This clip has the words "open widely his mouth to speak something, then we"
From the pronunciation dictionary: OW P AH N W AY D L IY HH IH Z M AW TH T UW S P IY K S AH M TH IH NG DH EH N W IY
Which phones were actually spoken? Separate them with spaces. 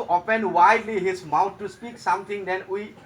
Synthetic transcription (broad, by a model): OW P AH N W AY D L IY HH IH S M AW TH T UW S P IY K S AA M T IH NG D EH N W IY